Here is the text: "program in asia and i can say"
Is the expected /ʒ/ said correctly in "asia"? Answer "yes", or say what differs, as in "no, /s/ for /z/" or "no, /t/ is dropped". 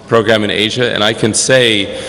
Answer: yes